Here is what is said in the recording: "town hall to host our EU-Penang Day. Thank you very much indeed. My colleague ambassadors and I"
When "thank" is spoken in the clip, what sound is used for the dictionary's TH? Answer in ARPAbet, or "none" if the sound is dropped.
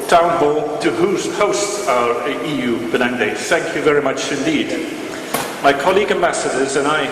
TH